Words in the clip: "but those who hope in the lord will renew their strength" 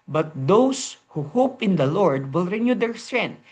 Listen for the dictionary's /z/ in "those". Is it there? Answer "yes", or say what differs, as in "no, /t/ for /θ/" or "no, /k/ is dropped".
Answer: no, /s/ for /z/